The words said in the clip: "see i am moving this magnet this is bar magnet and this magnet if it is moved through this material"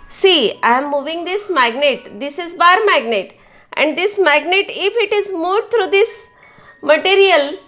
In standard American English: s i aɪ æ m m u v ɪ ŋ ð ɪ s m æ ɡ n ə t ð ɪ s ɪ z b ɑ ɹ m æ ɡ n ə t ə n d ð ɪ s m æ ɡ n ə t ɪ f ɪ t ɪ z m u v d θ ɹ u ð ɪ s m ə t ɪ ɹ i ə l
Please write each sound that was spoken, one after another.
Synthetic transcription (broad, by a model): s i aɪ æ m m u v ɪ ŋ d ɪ s m æ ɡ n ə t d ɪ s ɪ z b ɑ ɹ m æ ɡ n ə t ə n d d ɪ s m æ ɡ n ə t ɪ f ɪ t ɪ z m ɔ d t ɹ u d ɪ s m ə t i ɹ i ə l